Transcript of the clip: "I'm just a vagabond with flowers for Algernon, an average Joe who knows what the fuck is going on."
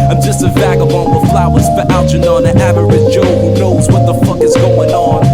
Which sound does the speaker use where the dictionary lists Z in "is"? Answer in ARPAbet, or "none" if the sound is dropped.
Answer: Z